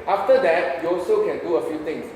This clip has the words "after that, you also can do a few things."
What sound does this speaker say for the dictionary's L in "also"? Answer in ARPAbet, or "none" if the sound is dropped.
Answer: L